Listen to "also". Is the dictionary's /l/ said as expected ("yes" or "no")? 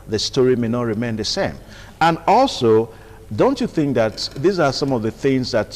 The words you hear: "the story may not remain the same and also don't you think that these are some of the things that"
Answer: yes